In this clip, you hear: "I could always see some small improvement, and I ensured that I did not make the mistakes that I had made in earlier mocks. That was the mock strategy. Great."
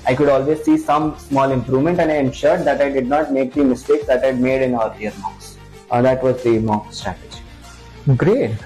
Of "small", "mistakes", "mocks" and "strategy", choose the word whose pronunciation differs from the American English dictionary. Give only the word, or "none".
mocks